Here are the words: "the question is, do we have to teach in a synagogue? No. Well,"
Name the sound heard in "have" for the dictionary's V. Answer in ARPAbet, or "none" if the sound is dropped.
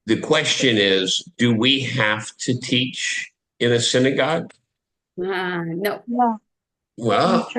F